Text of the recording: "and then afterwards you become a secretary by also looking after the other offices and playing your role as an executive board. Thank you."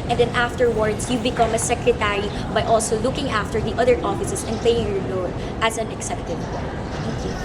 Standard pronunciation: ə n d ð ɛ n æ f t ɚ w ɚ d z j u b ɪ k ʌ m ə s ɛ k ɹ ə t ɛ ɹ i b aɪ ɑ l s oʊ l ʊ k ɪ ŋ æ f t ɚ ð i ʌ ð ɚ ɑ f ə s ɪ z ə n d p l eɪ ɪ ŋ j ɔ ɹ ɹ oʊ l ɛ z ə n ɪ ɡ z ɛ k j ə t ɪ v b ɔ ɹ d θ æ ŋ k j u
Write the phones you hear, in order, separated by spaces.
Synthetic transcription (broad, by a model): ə n d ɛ n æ f t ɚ w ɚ d s j u b ɪ k ʌ m ə s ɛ k ɹ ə t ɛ ɹ i b aɪ ɑ l s oʊ l ʊ k ɪ ŋ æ f t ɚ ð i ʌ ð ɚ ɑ f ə s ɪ s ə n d p l eɪ ɪ ŋ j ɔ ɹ l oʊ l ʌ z ə n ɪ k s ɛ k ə t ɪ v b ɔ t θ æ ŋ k j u